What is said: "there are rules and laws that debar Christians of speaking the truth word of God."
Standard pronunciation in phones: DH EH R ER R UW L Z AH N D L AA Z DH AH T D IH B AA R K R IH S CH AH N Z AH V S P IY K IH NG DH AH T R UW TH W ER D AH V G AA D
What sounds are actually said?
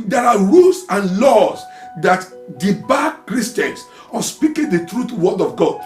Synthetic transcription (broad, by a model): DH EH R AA R UW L S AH N L AA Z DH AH T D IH B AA K R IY S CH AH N S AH S P IY K IH NG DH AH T R UW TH W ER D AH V G AA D